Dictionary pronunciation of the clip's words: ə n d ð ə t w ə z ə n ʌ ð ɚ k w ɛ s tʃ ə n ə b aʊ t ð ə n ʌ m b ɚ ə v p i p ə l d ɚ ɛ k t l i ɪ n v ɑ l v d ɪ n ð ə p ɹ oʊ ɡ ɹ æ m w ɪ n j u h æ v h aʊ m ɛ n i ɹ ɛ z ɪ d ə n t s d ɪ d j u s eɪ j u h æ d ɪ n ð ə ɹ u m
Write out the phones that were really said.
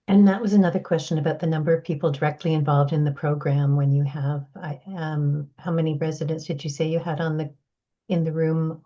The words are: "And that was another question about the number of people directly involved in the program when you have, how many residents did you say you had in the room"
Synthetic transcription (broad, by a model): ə n ð ə t w ə z ə n ʌ ð ɚ k w ɛ s tʃ ə n ə b aʊ t ð ə n ʌ m b ɚ ə v p i p l d ɚ ɛ k t l i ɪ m v ɑ l v d ɪ n ð ə p ɹ oʊ ɡ ɹ æ m w ɪ n j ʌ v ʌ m h aʊ m ɛ n i ɹ ɛ z ɪ d ə n t s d ɪ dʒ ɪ s eɪ j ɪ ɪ d ɪ n ð ə ɹ u m